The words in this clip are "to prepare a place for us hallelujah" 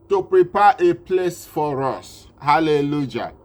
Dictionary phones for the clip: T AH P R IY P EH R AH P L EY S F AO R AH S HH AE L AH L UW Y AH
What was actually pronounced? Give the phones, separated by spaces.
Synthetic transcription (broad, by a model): T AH P R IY P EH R AH P L EY S F AO R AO S HH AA L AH L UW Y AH